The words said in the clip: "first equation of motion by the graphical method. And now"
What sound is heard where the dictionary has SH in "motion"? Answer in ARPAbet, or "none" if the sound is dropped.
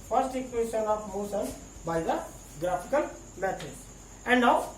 S